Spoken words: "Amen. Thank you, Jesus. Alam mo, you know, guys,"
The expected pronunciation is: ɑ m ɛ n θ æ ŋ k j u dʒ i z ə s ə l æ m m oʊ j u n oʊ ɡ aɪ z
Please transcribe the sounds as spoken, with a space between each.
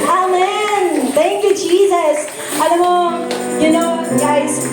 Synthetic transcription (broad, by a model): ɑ m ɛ n θ æ ŋ k j u dʒ i z ə s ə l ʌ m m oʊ j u n oʊ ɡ aɪ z